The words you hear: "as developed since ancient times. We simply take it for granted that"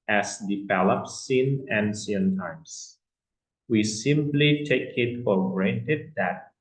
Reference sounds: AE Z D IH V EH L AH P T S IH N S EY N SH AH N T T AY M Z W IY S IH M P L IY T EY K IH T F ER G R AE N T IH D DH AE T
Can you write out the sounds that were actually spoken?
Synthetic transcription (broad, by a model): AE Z D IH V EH L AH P S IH N EY N S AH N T T AY M S W IY S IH M P L IY T EY K IH T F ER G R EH N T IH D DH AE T